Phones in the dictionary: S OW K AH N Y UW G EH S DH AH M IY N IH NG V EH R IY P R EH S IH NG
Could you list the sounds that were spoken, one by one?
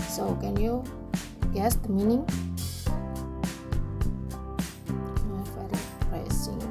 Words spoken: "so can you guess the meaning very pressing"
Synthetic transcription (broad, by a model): S OW K AH N Y UW G EH S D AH M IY N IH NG F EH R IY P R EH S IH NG